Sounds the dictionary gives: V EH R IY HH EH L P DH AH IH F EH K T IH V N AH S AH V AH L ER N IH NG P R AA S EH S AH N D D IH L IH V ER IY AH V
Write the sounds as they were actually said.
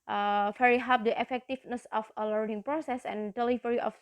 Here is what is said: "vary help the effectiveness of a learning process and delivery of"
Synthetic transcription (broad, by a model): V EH R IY HH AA P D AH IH F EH K T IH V N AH S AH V AH L ER N IH NG P R AA S EH S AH N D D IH L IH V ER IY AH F